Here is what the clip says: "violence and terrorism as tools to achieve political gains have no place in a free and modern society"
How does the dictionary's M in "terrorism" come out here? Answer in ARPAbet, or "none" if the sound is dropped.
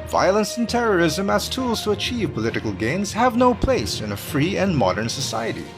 M